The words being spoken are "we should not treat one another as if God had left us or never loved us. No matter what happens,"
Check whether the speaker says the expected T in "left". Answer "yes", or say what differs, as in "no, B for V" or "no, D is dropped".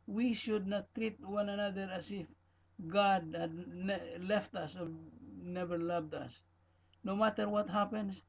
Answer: yes